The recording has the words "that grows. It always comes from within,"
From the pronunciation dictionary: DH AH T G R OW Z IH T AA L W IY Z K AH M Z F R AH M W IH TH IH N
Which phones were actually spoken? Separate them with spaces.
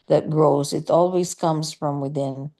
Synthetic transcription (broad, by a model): DH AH T G R OW Z IH T AA L W IY Z K AH M Z F R AH M W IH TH IH N